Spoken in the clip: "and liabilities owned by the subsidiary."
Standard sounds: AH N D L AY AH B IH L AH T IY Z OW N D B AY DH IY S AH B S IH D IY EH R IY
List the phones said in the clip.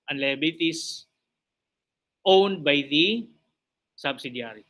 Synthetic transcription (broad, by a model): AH N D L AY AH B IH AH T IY S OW N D B AY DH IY S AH B S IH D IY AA R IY